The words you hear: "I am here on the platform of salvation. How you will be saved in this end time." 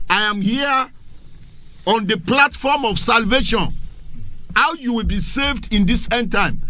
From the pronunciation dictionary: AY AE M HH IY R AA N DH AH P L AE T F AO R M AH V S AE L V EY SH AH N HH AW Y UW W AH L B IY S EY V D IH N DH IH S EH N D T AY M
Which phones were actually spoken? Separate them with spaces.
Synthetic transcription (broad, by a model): AY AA M HH IY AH AA N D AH P L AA T F AO M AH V S AE L V EY SH AH N HH AW Y UW W AH L B IY S EY V D IH N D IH S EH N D T AY M